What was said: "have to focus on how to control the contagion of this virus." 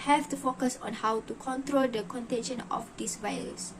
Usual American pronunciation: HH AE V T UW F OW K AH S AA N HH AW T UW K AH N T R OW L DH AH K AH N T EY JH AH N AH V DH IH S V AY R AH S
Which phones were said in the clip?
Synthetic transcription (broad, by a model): HH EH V T UW F OW K AH S AA N HH AW T UW K AH N T R OW L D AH K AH N T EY SH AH N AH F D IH S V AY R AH S